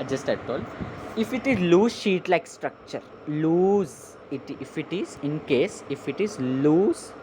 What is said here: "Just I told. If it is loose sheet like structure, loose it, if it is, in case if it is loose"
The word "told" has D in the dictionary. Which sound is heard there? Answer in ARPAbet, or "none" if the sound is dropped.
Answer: none